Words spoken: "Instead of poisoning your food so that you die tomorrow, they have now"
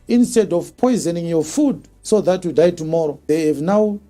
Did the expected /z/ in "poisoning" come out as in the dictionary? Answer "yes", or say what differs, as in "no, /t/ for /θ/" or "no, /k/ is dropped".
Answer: yes